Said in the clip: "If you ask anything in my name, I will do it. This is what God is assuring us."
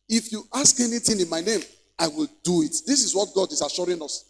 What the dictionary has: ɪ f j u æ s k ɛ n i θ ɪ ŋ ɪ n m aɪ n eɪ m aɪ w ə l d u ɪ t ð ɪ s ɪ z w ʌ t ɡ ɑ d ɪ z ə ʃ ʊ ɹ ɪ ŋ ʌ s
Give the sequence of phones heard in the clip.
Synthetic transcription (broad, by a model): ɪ f j u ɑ s k ɛ n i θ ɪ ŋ ɪ n m aɪ n eɪ m aɪ w ə l d u ɪ t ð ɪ s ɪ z w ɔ t ɡ ɑ d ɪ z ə ʃ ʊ ɹ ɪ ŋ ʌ s